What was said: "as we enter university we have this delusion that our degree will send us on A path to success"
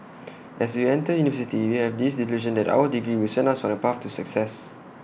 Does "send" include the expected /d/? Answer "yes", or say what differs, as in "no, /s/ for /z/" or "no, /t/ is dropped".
no, /d/ is dropped